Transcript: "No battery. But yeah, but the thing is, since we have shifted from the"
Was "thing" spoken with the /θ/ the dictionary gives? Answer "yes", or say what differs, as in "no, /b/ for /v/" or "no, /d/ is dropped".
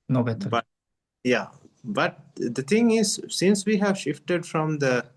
no, /t/ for /θ/